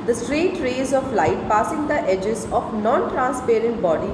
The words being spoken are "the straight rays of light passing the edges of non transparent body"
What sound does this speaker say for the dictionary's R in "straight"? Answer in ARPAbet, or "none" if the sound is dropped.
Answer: R